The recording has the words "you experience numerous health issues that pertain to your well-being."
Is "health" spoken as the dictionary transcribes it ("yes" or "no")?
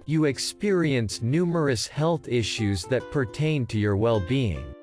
yes